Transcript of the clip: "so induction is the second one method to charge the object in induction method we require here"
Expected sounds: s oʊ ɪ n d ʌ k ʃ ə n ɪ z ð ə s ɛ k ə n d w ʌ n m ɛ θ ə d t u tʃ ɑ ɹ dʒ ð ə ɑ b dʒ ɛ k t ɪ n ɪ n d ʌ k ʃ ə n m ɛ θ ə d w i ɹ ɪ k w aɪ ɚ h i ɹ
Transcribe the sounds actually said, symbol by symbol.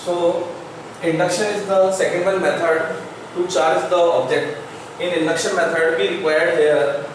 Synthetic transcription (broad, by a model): s oʊ ɪ n d ʌ k ʃ ə n ɪ z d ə s ɛ k ə n d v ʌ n m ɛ t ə d t u tʃ ɑ ɹ dʒ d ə ɑ b dʒ ɛ k t ɪ n ɪ n d ʌ k ʃ ə n m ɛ t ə d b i ɹ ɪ k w aɪ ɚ h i ɹ